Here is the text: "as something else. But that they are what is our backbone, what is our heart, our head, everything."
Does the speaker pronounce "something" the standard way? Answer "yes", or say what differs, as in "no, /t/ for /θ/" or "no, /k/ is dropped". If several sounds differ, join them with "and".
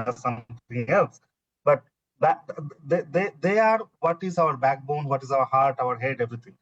no, /t/ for /θ/